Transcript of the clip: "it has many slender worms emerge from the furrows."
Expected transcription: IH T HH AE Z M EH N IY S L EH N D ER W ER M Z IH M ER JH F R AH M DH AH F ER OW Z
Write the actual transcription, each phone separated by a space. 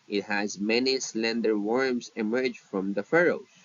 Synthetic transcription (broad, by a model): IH T HH AE Z M EH N IY S L EH N D ER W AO M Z IH M ER JH F R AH M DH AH F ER OW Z